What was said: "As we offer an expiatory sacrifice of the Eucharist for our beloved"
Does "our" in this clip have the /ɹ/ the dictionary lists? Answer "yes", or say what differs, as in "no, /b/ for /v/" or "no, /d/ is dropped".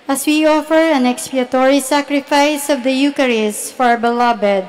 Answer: yes